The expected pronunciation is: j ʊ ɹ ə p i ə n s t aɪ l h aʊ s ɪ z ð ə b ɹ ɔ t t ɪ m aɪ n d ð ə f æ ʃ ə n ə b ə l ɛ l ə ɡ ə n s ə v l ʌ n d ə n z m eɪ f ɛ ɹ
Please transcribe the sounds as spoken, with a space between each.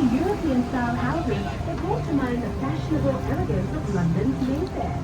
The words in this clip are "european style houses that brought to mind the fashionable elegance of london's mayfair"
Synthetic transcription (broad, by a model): j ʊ ɹ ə p i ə n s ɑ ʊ n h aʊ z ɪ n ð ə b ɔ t t ɪ m aɪ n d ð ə f æ ʃ ə n ə b ə l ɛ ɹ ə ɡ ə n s ə v l ʌ n d ə n z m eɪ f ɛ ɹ